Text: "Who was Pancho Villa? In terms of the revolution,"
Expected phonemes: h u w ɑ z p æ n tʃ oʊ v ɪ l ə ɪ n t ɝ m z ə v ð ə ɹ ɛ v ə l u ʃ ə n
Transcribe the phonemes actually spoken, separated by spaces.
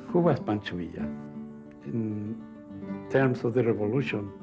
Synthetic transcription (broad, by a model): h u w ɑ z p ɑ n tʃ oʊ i ə ɪ n t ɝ m s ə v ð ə ɹ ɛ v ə l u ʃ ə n